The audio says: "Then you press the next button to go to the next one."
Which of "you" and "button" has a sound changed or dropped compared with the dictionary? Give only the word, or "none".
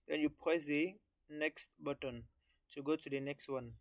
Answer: none